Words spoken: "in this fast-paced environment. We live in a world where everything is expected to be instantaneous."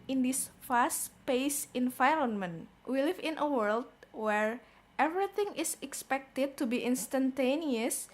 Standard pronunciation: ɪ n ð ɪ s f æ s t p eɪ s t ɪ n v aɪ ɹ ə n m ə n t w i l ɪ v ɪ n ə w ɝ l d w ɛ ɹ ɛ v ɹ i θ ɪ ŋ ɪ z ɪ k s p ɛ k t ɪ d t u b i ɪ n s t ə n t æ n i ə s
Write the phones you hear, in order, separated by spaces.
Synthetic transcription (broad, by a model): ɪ n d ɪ s f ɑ s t p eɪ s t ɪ n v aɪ ɹ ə n m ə n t w i l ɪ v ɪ n ə w ɝ l d w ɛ ɹ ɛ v ɹ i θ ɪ ŋ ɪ s ɪ k s p ɛ k t ɪ d t u b i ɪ n s t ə n t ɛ n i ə s